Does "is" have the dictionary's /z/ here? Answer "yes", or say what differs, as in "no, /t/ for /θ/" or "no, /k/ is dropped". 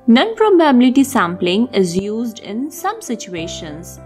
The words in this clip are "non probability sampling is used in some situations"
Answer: yes